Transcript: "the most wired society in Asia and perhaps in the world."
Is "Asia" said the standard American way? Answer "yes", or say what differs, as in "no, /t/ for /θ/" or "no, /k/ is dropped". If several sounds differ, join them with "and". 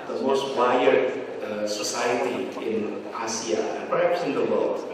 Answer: no, /s/ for /ʒ/